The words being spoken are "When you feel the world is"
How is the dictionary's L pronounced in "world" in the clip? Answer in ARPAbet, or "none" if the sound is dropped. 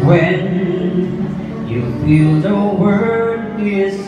none